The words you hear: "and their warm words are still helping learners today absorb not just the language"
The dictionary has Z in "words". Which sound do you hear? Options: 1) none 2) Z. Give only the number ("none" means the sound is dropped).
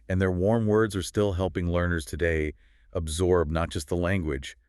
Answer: 2